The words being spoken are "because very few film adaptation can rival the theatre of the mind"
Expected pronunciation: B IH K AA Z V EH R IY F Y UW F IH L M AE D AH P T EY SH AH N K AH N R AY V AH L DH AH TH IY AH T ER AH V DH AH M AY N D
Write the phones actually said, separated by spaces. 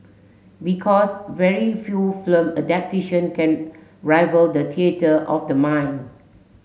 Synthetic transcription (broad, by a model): B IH K AA S V EH R IY F Y UW F L M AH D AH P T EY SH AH N K AH N R AY V AH L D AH T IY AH T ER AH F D AH M AY N